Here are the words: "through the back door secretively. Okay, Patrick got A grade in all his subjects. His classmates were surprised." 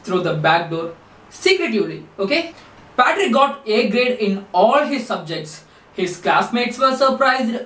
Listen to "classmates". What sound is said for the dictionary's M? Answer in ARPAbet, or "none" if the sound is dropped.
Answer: M